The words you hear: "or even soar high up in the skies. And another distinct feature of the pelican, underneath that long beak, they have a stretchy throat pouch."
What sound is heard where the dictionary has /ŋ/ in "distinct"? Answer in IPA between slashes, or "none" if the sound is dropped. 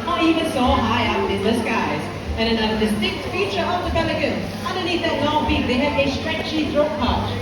none